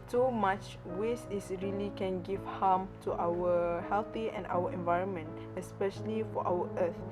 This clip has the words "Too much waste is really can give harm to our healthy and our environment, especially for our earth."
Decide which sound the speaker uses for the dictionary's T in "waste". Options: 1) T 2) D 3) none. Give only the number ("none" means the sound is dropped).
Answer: 3